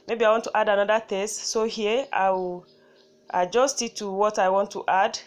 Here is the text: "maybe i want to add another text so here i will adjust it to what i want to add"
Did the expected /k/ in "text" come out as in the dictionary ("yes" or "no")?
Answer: no